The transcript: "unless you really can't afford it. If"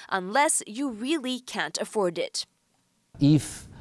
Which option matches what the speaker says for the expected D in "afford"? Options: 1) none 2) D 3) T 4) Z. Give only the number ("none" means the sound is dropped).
2